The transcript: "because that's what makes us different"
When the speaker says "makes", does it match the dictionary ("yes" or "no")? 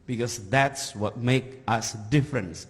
no